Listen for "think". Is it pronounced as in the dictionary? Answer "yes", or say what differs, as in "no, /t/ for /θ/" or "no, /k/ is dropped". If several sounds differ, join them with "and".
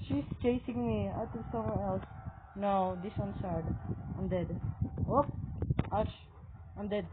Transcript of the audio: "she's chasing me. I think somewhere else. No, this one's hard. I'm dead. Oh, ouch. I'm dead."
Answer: no, /t/ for /θ/